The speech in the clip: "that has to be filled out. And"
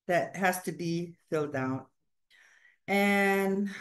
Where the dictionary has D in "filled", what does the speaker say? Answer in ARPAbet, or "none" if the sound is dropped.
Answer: D